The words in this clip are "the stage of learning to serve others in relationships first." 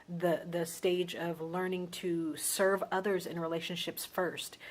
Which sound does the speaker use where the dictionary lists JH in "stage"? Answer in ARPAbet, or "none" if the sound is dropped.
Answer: JH